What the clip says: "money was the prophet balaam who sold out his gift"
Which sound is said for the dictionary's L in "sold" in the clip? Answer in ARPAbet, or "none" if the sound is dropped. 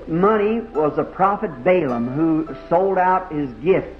L